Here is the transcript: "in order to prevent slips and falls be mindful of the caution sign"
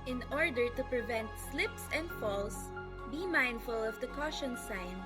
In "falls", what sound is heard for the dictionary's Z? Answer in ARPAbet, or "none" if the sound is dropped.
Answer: S